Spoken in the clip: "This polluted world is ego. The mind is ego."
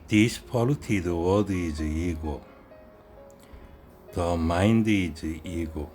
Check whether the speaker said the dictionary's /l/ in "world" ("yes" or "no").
no